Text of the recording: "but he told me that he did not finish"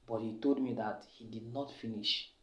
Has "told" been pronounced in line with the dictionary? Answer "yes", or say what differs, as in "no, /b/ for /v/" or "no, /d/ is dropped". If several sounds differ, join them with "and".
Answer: yes